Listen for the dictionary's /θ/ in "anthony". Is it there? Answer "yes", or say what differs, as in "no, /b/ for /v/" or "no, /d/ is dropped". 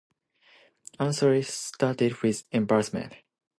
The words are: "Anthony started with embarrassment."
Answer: no, /s/ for /θ/